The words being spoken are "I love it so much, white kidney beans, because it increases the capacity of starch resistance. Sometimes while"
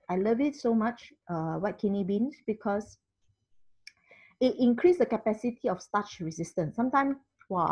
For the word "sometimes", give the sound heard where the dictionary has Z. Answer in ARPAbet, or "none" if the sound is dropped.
none